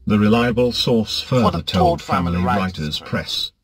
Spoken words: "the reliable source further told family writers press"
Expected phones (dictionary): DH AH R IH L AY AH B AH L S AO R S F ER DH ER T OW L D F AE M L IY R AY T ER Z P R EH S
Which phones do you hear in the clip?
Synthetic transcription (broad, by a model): DH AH R IH L AY AH B AH L S AO R S F ER DH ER T OW L D F AE M L IY R AY T ER Z P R EH S